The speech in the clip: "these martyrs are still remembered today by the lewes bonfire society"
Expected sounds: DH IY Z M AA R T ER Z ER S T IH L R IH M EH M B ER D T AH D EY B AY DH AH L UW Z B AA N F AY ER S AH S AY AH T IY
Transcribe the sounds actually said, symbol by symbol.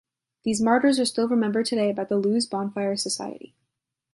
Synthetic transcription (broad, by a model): DH IY Z M AA R T ER Z ER S T IH L R IH M EH M B ER D T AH D EY B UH DH AH L UW Z B AA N F AY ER S AH S AY AH T IY